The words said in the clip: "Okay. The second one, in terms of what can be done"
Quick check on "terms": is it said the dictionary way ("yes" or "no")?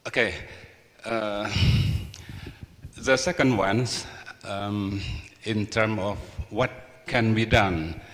no